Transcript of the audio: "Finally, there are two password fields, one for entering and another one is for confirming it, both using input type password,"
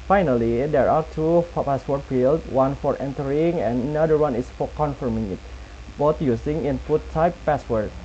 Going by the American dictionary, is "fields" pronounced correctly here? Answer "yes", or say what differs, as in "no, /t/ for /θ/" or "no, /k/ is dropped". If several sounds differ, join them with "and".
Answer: no, /z/ is dropped